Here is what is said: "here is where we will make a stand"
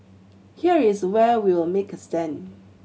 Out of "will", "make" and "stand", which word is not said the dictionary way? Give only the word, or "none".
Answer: stand